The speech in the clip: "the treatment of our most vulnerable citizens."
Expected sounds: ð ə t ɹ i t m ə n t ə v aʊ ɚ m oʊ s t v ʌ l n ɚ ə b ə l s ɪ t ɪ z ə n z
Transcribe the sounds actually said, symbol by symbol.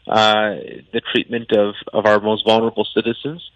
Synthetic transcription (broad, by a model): ð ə t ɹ i t m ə n t ə v aʊ ɚ m oʊ s t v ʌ l n ɚ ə b l s ɪ t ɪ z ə n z